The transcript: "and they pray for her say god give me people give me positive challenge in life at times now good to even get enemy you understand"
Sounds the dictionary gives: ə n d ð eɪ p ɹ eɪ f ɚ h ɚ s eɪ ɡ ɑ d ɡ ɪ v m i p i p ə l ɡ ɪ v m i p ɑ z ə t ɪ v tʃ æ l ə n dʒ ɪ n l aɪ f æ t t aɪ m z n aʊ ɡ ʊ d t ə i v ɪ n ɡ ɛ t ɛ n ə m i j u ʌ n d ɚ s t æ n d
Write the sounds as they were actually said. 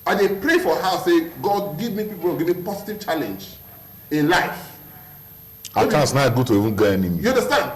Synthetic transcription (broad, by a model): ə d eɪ p ɹ eɪ f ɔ h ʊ s eɪ ɡ ɑ d ɡ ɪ v m i p i p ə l ɡ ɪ v m i p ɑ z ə t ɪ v tʃ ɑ l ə n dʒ ɪ n l aɪ f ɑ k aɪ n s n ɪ ɡ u t ə i v ɪ n ɡ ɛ ɛ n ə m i j u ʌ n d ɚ s t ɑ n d